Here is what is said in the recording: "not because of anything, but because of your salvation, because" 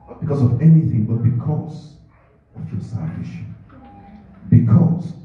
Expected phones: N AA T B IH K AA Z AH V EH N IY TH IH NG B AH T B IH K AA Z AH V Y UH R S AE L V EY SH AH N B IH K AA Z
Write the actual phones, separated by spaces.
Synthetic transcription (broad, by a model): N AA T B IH K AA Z AH V EH N IY TH IH NG B AH T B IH K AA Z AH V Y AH S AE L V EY SH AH N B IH K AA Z